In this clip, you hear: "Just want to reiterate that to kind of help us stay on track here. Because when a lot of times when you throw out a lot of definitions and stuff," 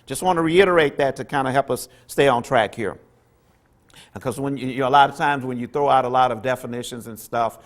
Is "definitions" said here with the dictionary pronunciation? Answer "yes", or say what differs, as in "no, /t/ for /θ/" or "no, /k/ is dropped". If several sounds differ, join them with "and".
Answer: yes